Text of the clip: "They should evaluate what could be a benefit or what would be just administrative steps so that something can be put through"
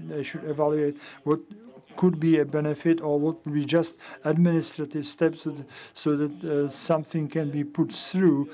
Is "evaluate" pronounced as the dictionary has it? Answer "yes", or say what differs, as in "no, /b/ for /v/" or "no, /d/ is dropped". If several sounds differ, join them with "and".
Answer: yes